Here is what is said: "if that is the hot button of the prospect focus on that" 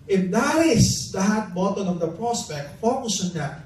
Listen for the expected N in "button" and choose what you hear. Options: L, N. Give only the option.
L